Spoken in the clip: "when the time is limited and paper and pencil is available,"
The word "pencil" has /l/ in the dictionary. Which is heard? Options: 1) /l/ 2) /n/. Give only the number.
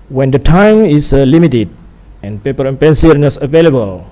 2